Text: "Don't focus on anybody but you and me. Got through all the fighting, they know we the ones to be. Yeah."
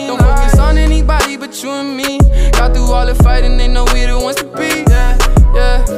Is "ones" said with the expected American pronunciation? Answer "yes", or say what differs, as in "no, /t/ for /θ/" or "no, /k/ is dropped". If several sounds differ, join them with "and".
no, /z/ is dropped